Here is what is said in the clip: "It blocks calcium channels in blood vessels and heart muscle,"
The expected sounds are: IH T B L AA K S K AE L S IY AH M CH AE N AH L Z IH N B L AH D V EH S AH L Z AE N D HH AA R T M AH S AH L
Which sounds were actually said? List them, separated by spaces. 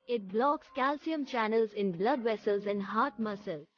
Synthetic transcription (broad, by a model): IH T B L AA K S K AE L S IY AH M CH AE N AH L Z IH N B L AH D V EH S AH L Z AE N D HH AA R T M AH S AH L